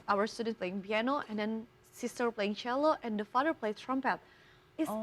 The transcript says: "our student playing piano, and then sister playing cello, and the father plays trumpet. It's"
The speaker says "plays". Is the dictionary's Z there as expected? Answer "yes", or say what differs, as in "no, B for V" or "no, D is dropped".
no, Z is dropped